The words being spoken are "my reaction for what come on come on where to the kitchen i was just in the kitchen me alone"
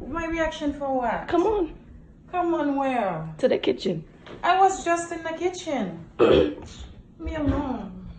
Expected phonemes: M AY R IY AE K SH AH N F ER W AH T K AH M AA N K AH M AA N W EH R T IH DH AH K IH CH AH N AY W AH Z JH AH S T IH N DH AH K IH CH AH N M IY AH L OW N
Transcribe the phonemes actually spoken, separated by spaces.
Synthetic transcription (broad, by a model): M AY R IY AE K SH AH N F ER W AH T K AH M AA N K AH M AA N W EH L T IH DH AH K IH CH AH N AY W AH Z JH AH S T IH N DH AH K IH CH AH N M IY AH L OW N